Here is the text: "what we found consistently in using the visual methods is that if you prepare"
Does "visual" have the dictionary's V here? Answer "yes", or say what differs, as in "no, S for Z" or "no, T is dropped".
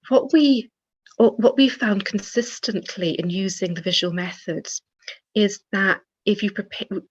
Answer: yes